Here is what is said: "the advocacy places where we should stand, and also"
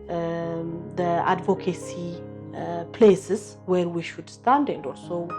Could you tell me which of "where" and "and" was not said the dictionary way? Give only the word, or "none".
none